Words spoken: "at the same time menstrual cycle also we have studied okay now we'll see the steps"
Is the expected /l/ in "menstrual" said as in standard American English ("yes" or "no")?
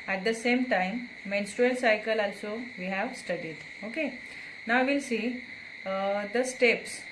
no